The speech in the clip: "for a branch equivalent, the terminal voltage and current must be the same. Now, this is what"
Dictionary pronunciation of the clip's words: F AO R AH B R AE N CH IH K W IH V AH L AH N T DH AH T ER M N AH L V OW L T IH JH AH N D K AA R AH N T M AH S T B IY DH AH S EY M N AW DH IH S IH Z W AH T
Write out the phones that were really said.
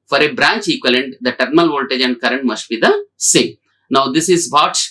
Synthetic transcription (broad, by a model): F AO R AH B R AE N CH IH K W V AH L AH N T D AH T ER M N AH L V OW L T IH JH AH N D K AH R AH N T M AH S T B IY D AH S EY N AW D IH S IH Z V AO T